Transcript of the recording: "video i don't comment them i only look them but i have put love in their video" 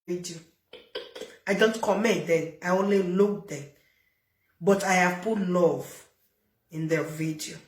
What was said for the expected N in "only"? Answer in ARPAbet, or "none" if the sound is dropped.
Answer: N